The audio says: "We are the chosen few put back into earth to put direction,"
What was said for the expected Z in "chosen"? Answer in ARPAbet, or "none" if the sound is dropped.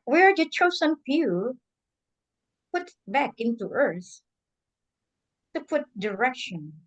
S